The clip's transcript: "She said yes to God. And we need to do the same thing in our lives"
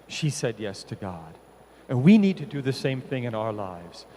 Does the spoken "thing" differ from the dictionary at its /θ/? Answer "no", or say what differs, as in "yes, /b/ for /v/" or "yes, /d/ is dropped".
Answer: no